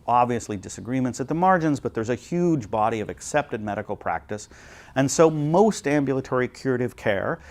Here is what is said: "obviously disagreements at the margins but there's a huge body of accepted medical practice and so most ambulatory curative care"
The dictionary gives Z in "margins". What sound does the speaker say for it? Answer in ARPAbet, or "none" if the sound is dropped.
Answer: Z